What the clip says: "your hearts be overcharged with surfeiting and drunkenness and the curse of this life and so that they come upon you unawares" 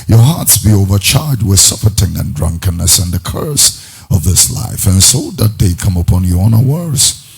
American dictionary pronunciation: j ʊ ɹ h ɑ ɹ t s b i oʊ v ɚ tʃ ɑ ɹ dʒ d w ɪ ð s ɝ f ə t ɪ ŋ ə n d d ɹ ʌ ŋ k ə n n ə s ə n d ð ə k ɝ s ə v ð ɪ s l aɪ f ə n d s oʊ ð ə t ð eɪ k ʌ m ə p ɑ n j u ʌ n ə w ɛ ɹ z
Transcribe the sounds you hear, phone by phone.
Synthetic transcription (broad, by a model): j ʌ ɹ h ɑ ɹ t s b i oʊ v ɚ tʃ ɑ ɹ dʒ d w ɪ ð s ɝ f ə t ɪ ŋ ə n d d ɹ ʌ ŋ k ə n n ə s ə n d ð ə k ɝ s ə v ð ɪ s l aɪ f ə n s oʊ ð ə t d eɪ k ʌ m ə p ɑ n j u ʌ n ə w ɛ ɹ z